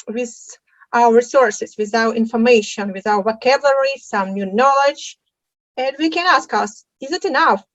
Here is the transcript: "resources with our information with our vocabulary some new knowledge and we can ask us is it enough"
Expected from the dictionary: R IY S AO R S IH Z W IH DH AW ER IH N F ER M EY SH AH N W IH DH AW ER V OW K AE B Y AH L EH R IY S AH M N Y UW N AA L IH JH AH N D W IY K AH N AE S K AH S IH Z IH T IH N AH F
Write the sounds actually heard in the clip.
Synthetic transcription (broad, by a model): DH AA S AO R S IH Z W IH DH AW ER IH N F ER M EY SH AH N W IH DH AW ER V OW K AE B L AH R IY S AH M N Y UW N AA L IH JH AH N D W IY K AH N AE S K AH S IH Z IH T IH N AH F